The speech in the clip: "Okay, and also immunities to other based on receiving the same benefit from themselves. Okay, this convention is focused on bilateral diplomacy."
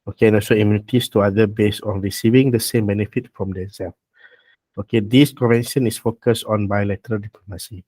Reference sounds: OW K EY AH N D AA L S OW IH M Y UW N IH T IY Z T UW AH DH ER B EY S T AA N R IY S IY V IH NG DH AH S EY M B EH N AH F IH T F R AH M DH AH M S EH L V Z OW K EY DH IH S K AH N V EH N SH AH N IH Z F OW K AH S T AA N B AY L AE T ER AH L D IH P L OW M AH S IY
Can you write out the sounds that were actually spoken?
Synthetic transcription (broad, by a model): OW K EY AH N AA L S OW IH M Y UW N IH T IY S T UW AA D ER B EY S AA N R IY S IY V IH NG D AH S EY M B EH N AH F IH T F R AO M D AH S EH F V OW K EY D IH S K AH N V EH N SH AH N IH S F OW K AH S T AA N B AY L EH T ER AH L D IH P L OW M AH S IY